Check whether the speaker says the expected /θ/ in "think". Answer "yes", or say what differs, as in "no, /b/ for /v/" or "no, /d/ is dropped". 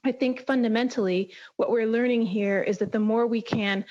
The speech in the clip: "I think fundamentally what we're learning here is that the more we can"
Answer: yes